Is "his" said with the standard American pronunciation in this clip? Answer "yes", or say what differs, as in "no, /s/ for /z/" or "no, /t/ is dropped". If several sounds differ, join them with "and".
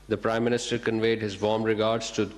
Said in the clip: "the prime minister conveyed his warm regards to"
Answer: yes